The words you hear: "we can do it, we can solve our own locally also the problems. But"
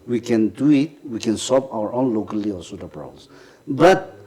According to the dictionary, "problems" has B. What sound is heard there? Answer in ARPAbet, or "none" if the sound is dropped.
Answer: none